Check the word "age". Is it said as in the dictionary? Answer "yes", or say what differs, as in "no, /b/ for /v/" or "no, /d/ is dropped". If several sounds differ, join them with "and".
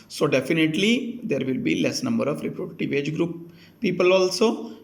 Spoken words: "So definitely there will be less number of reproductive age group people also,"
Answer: yes